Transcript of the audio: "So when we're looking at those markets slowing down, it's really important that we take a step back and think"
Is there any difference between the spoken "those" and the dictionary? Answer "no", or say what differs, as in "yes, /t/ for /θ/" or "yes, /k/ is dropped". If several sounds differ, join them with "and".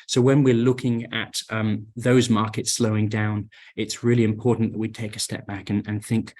no